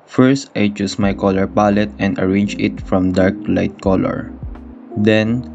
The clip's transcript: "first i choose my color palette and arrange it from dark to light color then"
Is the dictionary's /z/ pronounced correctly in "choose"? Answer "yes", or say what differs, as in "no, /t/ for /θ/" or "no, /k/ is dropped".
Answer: no, /s/ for /z/